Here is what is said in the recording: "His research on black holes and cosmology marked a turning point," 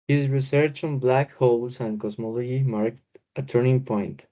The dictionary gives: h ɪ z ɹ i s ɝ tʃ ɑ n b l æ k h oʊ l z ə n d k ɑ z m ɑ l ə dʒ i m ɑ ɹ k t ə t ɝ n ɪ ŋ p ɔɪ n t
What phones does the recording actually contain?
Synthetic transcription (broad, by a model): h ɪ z ɹ i s ɝ tʃ ɑ n b l æ k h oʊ l s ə n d k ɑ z m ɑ l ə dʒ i m ɑ ɹ k t ə t ɝ n ɪ ŋ p ɔɪ n t